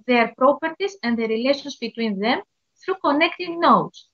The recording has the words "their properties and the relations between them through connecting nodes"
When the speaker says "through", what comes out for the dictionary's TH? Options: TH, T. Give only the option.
TH